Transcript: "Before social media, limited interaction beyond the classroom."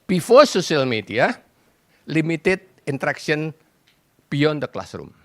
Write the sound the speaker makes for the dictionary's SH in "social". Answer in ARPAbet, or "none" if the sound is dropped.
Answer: S